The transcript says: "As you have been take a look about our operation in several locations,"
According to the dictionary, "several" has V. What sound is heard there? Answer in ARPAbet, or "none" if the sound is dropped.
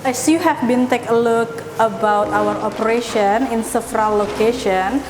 F